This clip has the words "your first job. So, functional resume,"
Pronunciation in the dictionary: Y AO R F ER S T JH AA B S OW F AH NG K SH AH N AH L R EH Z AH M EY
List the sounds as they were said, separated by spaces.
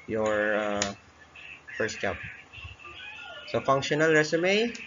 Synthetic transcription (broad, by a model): Y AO R F ER S T CH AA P S OW F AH NG K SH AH N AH L R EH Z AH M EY